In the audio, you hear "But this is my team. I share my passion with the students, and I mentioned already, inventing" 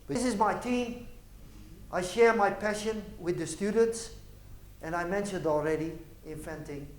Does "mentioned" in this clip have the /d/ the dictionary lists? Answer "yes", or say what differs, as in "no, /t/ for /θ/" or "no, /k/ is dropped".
yes